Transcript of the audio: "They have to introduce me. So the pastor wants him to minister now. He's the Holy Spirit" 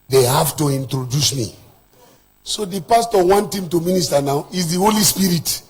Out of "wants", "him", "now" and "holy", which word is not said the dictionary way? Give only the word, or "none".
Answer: wants